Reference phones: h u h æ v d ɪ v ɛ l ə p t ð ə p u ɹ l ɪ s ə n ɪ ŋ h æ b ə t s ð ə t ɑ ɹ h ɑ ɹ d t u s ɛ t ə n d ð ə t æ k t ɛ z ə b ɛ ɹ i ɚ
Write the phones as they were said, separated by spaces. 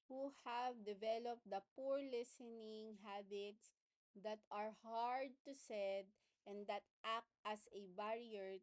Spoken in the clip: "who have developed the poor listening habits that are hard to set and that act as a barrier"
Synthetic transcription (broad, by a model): h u h æ v d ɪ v ɛ l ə p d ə p u ɹ l ɪ s ə n ɪ ŋ h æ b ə t s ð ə t ɑ ɹ h ɑ ɹ d t u s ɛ t ə n d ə t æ k t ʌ s ə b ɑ ɹ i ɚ